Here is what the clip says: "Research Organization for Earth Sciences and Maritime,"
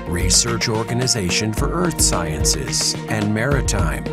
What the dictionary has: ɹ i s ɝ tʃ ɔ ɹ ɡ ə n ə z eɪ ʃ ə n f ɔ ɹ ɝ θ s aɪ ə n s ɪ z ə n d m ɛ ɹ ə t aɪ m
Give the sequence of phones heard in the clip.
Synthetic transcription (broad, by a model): ɹ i s ɝ tʃ ɔ ɹ ɡ ə n ə z eɪ ʃ ə n f ɔ ɹ ɝ θ s aɪ ə n s ɪ z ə n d m ɛ ɹ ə t aɪ m